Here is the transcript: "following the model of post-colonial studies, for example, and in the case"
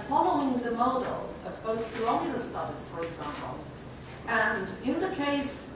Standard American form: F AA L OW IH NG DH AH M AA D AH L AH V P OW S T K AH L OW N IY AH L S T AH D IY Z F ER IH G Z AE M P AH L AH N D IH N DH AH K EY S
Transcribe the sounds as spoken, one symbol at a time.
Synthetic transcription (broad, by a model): F AA L OW IH NG DH AH M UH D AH L AH V B OW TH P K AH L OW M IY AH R S T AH D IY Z F ER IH G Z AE M P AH L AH N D IH N DH AH K EY S